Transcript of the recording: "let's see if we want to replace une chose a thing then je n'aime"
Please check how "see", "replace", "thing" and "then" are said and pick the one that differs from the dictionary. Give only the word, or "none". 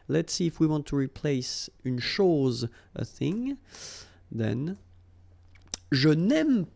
none